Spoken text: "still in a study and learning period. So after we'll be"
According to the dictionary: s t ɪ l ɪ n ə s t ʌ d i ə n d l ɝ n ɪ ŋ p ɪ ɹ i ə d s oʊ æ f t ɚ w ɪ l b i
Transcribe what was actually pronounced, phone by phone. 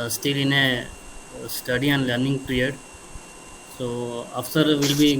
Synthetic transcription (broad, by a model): s t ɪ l ɪ n ə s t ʌ d i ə n l ɝ n ɪ ŋ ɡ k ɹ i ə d s oʊ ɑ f s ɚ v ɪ l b i